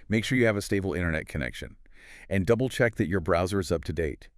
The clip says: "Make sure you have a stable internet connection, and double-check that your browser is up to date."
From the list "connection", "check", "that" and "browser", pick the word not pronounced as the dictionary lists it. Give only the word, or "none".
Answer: none